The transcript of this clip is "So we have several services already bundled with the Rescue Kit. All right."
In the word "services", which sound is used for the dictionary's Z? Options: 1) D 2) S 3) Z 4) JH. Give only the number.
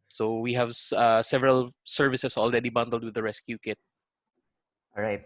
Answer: 2